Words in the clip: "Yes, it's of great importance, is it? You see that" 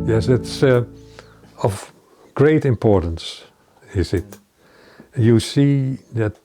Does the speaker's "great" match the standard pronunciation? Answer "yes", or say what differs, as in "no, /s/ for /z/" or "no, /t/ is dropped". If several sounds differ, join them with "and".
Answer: yes